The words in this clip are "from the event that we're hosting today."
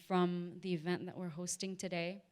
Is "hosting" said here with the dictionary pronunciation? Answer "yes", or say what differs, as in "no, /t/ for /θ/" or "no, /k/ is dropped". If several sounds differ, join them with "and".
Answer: yes